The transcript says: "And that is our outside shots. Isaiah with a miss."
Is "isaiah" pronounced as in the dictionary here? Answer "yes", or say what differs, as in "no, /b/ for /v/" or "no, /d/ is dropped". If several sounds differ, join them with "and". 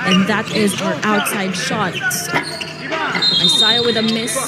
no, /s/ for /z/